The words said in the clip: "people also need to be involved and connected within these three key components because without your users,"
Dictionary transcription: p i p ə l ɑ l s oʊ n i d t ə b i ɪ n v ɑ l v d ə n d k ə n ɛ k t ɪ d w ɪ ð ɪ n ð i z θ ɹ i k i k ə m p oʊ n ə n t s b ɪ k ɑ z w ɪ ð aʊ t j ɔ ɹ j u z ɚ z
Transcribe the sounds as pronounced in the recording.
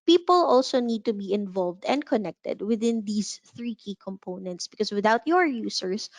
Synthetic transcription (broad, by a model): p i p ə l ɑ l s oʊ n i d t ə b i ɪ n v ɑ l v d ə n d k ə n ɛ k t ɪ d w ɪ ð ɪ n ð i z θ ɹ i k i k ə m p oʊ n ə n t s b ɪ k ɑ s w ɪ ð aʊ t j ɔ ɹ j u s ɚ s